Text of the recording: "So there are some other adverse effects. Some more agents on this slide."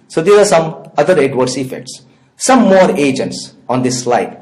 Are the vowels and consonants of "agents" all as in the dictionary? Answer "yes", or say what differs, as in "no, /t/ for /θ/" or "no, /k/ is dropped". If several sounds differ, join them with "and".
yes